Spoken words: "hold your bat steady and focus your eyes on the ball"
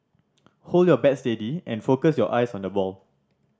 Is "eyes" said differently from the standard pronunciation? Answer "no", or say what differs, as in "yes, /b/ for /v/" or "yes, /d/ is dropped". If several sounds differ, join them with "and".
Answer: yes, /s/ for /z/